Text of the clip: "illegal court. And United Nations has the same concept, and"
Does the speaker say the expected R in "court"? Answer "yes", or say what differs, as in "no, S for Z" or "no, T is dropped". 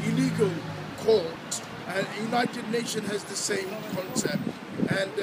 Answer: no, L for R